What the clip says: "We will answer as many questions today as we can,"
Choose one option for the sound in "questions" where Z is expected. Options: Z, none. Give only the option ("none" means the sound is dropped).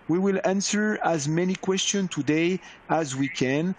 none